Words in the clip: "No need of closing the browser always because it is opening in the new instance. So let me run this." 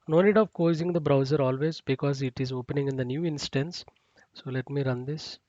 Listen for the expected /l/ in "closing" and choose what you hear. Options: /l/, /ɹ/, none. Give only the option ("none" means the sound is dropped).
none